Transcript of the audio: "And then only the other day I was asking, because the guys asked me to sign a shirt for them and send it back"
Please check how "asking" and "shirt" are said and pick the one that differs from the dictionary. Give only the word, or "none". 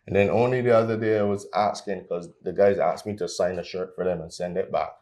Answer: none